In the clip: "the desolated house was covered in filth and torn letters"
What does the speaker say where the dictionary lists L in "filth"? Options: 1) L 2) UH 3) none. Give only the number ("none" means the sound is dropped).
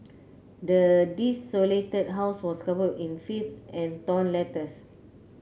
3